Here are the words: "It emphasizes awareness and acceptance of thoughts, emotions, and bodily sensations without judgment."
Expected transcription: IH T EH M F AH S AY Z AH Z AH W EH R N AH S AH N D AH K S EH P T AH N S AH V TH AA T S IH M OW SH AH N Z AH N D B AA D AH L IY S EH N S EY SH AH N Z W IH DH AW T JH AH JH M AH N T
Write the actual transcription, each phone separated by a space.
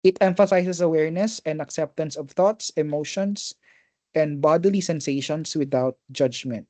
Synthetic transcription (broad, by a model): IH T EH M F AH S AY S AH S AH W EH R N AH S AH N D AH K S EH P T AH N S AH V TH AA T S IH M OW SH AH N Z AH N D B AA D AH L IY S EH N S EY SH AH N S W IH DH AW T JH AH JH M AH N T